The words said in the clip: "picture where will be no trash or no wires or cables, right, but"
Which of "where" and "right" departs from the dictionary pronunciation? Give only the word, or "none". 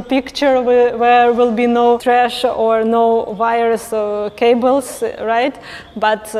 where